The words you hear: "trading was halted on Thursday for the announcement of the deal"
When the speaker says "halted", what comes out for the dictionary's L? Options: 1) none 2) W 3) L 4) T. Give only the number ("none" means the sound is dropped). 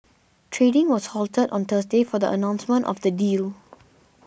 3